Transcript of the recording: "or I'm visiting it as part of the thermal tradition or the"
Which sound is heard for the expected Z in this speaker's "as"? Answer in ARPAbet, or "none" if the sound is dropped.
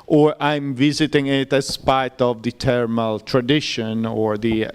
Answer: S